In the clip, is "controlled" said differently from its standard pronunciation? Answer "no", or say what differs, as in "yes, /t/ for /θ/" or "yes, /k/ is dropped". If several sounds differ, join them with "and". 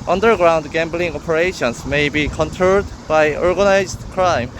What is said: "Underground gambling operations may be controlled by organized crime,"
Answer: yes, /ɹ/ is dropped